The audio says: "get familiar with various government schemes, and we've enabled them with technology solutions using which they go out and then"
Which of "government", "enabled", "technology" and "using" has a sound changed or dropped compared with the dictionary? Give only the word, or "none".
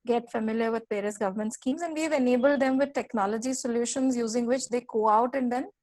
none